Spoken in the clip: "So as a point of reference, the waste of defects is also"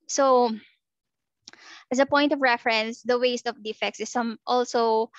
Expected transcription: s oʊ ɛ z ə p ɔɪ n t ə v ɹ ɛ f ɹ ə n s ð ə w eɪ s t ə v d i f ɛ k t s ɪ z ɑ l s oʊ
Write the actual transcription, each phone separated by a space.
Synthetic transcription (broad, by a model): s oʊ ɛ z ə p ɔɪ n t ə v ɹ ɛ f ɹ ə n s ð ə w eɪ s t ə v d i f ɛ k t s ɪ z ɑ l s oʊ